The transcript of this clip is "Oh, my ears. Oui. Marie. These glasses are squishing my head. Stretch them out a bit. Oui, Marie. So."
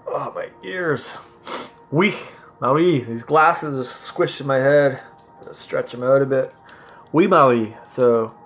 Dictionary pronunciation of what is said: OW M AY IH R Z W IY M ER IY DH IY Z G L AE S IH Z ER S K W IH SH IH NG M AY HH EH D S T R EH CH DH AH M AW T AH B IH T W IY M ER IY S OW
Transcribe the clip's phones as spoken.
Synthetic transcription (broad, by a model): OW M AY IH R Z W IY M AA IY DH IY Z G L AE S IH Z ER S K W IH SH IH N M AY HH EH D S T R EH CH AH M AW T AH B IH T W IY M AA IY S OW